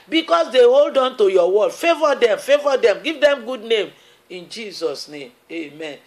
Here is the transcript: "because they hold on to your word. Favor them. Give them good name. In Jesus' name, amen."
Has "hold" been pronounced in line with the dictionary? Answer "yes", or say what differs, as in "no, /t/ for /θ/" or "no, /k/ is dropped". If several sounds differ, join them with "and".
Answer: yes